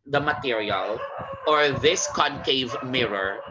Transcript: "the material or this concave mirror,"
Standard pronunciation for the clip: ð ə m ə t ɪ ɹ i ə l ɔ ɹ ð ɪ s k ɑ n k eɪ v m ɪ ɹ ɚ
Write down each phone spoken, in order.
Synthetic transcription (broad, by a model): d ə m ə t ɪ ɹ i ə l ɔ ɹ ð ɪ s k ɑ n k eɪ v m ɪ ɹ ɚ